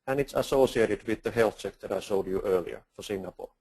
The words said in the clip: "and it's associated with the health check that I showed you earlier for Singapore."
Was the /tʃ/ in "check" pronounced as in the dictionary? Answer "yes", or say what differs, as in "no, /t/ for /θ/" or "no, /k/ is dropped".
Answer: no, /s/ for /tʃ/